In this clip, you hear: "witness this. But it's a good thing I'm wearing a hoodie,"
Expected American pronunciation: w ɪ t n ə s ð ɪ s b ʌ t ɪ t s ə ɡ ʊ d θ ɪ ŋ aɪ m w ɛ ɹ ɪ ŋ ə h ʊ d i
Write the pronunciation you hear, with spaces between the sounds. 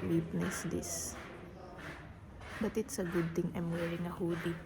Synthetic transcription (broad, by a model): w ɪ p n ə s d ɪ s b ʌ t ɪ t s ə ɡ ʊ d t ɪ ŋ aɪ m w ɛ ɹ ɪ ŋ ə h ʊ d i